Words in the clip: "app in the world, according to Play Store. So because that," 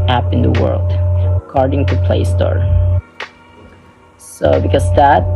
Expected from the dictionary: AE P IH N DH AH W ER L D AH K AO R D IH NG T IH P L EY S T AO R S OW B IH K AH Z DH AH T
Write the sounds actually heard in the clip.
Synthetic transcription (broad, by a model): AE P IH N DH AH W ER L D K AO R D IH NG T IH P L EY S T AO R S OW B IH K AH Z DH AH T